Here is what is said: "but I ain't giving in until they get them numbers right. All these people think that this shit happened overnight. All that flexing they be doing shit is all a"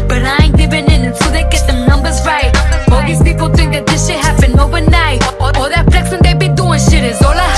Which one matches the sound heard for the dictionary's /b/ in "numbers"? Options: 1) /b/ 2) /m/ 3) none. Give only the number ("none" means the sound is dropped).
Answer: 1